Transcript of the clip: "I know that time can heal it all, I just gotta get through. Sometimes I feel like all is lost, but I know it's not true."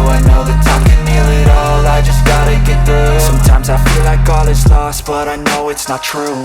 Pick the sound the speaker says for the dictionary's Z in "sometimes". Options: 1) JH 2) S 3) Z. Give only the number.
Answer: 3